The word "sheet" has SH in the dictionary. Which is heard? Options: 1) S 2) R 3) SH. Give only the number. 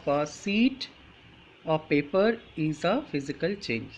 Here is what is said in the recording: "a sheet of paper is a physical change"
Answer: 1